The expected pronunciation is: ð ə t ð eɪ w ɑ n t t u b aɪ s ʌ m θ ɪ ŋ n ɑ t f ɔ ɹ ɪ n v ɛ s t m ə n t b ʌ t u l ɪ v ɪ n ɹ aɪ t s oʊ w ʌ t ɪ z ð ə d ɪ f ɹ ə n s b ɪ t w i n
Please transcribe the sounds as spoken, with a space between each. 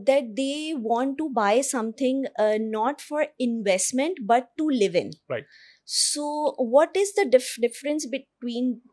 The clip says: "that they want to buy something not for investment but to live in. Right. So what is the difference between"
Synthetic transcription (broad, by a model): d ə t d eɪ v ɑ n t t u b aɪ s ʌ m t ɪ ŋ n ɑ t f ɔ ɹ ɪ n v ɛ s t m ə n t b ʌ t u l ɪ v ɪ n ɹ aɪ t s oʊ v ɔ t ɪ z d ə d ɪ f ɹ ə n s b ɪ t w i n